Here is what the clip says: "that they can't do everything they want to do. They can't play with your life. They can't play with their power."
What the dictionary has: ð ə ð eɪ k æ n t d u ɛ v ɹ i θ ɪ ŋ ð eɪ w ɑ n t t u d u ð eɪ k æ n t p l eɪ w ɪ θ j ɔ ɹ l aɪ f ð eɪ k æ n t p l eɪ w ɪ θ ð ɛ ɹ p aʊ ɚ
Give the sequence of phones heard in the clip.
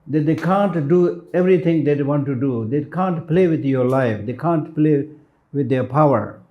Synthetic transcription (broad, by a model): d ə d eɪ k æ n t d u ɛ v ɹ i t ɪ ŋ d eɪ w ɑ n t t u d u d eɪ k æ n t p l eɪ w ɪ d j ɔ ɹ l aɪ f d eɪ k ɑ n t p l eɪ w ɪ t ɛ p aʊ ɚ